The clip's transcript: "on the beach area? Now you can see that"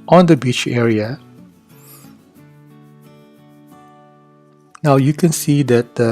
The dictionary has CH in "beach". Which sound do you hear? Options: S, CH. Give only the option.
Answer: CH